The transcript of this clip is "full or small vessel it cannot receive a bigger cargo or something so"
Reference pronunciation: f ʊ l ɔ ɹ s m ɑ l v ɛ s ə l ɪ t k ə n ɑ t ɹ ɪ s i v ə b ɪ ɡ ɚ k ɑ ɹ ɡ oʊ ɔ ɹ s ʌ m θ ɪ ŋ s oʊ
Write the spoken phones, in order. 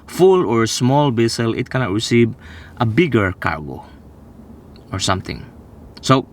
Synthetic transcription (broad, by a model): f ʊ l ɔ ɹ s m ɑ l b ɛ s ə l ɪ t k ə n ɑ t ɹ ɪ s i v ə b ɪ ɡ ɚ k ɑ ɹ ɡ oʊ ɔ ɹ s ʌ m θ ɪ ŋ s oʊ